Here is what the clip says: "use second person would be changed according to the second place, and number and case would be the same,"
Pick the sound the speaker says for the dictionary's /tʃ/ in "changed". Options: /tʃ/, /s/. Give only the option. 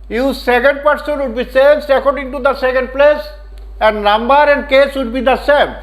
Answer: /s/